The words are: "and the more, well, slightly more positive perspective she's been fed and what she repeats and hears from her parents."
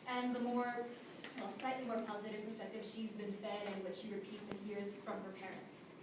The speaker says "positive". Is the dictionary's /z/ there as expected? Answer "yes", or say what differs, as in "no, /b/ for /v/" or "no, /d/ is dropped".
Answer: yes